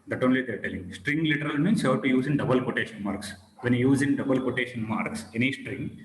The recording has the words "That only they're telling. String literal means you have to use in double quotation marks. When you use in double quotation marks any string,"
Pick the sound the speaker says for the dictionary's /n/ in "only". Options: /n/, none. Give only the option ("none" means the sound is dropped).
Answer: /n/